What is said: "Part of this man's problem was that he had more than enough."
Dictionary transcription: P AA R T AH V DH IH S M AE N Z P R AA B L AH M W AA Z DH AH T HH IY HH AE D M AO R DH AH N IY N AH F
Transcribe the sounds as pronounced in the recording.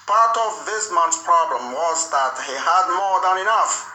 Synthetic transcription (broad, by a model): P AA R T AH V DH IH S M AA N S P R AA B L AH M W AA Z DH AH T HH IY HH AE D M AO R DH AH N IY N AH F